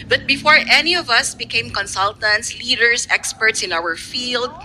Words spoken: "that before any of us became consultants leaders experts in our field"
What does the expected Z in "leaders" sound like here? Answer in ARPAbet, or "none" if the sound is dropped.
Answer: S